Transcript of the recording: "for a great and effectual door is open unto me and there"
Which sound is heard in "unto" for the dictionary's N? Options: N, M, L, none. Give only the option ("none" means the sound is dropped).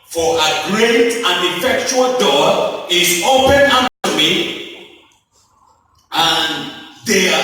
none